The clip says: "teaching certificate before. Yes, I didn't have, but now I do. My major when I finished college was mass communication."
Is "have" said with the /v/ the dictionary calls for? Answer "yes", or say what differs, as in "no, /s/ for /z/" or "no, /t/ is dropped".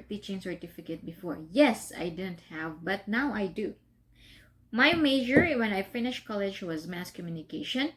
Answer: yes